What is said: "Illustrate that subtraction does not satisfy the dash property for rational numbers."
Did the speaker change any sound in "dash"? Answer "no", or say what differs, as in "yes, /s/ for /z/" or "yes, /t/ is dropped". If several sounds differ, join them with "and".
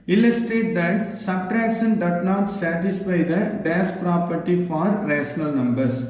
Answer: yes, /s/ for /ʃ/